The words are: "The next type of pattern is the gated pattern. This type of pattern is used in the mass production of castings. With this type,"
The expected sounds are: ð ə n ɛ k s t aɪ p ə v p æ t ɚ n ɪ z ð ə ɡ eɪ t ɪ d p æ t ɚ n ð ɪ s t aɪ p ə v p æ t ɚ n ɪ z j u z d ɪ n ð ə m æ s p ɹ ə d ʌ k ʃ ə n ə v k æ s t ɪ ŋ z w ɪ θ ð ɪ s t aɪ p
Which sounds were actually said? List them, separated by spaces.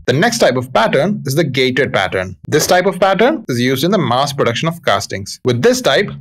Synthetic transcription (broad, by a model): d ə n ɛ k s t aɪ p ə v p æ t ɚ n ɪ z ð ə ɡ eɪ t ɪ d p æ t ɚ n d ɪ s t aɪ p ə v p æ t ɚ n ɪ z j u z d ɪ n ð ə m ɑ s p ɹ ə d ʌ k ʃ ə n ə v k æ s t ɪ ŋ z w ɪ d ɪ s t aɪ p